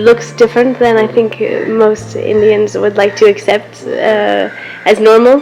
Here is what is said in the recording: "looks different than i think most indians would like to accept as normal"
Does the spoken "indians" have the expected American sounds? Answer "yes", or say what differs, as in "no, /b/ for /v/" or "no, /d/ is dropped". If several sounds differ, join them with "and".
yes